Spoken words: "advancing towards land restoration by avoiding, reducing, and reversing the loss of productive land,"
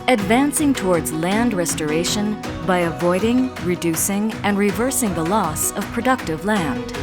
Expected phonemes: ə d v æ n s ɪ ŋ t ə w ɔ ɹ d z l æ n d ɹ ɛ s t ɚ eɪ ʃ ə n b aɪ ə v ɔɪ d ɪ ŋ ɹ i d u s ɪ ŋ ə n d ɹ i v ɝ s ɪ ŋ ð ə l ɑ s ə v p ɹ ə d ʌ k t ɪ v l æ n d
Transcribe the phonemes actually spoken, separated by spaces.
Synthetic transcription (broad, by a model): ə d v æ n s ɪ ŋ t ə w ɔ ɹ d z l æ n d ɹ ɛ s t ɚ eɪ ʃ ə n b aɪ ə v ɔɪ d ɪ ŋ ɹ i d u s ɪ ŋ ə n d ɹ i v ɝ s ɪ ŋ ð ə l ɑ s ə v p ɹ ə d ʌ k t ɪ v l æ n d